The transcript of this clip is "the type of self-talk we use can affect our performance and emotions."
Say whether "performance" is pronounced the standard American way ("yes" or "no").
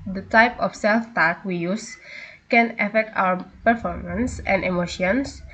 yes